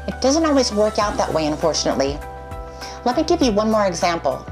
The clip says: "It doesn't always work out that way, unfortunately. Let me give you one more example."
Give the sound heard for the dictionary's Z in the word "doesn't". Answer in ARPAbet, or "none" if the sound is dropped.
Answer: Z